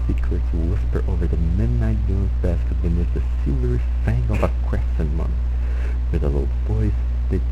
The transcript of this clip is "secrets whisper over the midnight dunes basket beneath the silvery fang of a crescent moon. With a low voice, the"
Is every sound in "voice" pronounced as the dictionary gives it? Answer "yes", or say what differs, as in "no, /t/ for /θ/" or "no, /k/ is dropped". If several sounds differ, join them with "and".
no, /b/ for /v/